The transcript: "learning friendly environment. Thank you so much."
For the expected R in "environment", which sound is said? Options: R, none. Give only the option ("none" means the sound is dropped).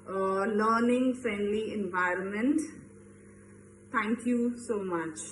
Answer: R